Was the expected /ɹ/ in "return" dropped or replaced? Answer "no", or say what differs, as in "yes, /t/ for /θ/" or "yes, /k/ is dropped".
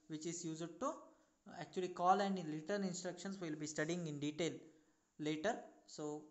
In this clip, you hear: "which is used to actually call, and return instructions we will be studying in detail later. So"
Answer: yes, /l/ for /ɹ/